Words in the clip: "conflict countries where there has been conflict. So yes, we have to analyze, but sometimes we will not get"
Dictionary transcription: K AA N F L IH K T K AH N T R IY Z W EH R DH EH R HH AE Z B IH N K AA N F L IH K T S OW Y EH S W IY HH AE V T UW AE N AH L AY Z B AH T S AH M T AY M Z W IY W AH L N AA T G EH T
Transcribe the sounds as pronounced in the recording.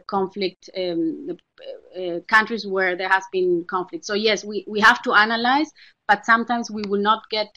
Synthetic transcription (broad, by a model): K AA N F L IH K T K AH N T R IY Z W EH R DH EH R HH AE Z B IH N K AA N F L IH K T S OW Y EH S W IY HH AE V T UW AE N AH L AY Z B AH T S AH M T AY M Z W IY W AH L N AA T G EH T